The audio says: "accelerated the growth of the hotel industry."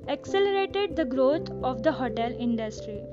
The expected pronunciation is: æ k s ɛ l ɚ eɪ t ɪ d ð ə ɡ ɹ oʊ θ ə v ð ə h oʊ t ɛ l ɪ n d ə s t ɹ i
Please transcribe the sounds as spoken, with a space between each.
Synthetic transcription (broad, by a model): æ k s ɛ l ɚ eɪ t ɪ d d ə ɡ ɹ oʊ t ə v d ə h oʊ t ɛ l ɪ n d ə s t ɹ i